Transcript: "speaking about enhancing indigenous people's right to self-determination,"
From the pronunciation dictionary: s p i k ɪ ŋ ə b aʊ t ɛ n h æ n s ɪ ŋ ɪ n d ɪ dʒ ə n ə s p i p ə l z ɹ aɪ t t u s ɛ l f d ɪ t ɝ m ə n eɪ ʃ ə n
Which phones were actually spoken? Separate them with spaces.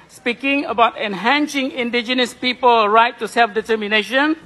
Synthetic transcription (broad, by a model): s p i k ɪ ŋ ə b aʊ t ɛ n h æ n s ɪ ŋ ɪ n d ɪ dʒ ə n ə s p i p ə l ɹ aɪ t t u s ɛ l f d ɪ t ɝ m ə n eɪ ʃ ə n